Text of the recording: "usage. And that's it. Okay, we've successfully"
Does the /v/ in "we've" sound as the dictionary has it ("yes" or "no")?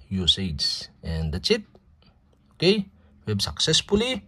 no